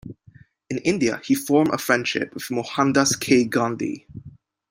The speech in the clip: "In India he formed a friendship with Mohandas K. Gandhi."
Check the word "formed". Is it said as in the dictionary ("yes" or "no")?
no